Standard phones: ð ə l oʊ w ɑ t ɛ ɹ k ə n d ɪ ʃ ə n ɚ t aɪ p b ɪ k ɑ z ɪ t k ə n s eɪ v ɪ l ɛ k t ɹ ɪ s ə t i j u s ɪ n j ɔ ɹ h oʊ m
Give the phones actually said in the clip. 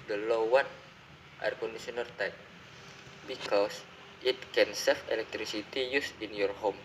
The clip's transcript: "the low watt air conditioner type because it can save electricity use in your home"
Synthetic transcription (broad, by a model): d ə l oʊ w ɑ t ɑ ɹ k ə n d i s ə n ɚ t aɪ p b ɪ k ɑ s ɪ t k ə n s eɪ f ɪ l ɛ k t ɹ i s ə t i j u s ɪ n j ɔ ɹ h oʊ m